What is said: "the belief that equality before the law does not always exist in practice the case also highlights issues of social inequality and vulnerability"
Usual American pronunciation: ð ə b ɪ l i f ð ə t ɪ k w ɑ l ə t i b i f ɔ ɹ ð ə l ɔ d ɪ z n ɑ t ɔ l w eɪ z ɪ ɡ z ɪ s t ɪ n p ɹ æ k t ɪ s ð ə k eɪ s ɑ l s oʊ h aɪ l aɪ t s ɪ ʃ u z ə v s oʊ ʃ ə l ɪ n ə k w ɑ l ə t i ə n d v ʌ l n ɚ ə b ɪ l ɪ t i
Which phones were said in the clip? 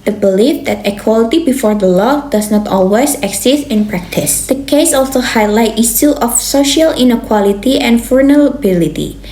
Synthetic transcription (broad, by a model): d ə b ɪ l i f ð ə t ɪ k w ɑ l ə t i b i f ɔ ɹ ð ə l ɔ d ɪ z n ɑ t ɔ l w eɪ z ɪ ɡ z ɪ s t ɪ n p ɹ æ k t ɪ s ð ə k eɪ s ɑ l s oʊ h aɪ l aɪ t i s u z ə f s oʊ ʃ ə l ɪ n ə k w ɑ l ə t i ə n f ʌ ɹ n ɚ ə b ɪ l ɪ t i